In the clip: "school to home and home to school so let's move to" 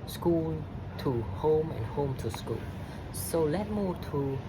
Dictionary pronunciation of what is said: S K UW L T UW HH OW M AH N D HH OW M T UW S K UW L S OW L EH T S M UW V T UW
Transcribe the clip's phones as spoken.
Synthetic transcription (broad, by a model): S K UW L T UW HH OW M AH N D HH OW M T UW S K UW L S OW L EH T M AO T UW